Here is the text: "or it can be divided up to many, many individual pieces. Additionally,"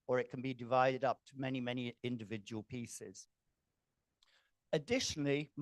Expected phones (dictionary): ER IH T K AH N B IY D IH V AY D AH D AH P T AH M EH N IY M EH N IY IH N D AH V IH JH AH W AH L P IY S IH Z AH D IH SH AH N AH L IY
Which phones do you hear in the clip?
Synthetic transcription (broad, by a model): ER IH T K AH N B IY D IH V AY D AH D AH P T AH M EH N IY M EH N IY IH N D AH V IH JH AH W AH L P IY S IH Z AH D IH SH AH N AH L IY